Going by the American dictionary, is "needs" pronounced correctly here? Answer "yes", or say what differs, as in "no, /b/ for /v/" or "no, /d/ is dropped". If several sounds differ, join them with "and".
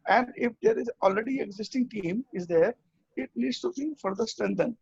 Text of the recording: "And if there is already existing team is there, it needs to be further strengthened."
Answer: no, /l/ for /n/ and /s/ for /z/